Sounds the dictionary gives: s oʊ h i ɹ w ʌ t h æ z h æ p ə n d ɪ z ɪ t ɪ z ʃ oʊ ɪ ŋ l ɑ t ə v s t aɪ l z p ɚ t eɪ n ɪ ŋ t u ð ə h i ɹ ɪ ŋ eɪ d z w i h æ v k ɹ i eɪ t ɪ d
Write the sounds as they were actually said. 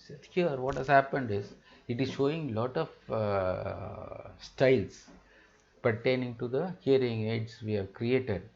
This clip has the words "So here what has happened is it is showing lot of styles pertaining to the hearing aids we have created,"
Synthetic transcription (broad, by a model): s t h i ɹ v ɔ t h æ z h æ p ə n d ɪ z ɪ t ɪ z ʃ oʊ ɪ ŋ l ɑ t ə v s t aɪ l s p ɚ t eɪ n ɪ ŋ t u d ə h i ɹ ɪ ŋ eɪ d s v i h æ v k ɹ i eɪ t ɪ d